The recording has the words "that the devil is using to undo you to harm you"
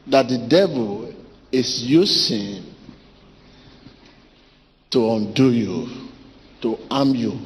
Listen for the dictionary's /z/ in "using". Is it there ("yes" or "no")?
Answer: no